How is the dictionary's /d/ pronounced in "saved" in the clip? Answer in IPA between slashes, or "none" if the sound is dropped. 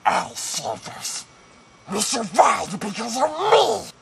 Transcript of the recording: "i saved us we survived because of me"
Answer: none